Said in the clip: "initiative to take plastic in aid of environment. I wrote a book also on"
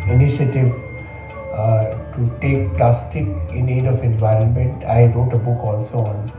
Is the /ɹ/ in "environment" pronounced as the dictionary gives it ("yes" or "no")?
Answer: yes